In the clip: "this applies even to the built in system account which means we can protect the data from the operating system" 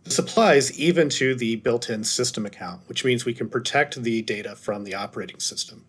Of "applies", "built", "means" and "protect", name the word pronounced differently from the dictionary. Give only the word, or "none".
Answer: none